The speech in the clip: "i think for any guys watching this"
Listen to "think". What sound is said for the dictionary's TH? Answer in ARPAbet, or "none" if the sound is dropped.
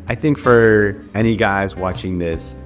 TH